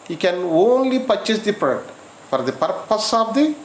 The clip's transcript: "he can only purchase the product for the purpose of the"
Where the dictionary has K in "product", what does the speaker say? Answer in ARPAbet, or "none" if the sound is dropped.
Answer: none